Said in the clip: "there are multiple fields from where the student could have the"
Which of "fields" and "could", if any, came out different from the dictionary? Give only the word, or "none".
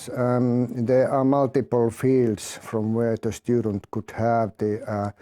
fields